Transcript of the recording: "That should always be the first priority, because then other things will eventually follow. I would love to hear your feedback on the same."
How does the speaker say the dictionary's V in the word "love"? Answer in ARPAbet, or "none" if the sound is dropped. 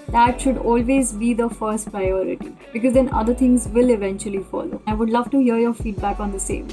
V